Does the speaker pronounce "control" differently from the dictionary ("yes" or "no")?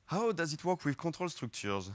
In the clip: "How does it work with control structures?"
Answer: yes